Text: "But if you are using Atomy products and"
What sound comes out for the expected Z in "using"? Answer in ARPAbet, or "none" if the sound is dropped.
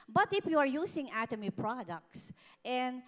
S